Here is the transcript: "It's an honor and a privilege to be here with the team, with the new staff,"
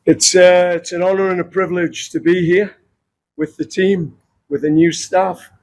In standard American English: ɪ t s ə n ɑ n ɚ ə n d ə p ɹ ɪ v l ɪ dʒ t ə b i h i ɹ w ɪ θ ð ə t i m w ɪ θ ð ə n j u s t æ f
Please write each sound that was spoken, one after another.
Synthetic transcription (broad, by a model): ɪ t s ə n ɑ n ɚ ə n ə p ɹ ɪ v l ɪ dʒ t ə b i h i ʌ w ɪ ð ə t i m w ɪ ð ə n j u s t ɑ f